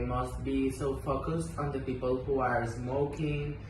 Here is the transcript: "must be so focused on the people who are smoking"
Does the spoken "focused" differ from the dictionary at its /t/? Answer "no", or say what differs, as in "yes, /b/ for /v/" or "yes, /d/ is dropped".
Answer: no